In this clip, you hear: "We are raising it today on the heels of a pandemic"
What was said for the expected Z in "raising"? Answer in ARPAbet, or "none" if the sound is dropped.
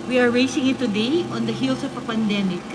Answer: S